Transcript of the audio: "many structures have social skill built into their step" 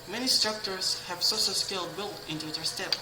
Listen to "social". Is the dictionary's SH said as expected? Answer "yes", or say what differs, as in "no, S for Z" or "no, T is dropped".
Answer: no, S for SH